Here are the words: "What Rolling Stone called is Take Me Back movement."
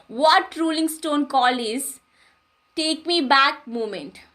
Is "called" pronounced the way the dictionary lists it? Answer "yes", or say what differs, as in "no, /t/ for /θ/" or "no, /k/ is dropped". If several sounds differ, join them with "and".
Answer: no, /d/ is dropped